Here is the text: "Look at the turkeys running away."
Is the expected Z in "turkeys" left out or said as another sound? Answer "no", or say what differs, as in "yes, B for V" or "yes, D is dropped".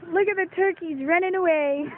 no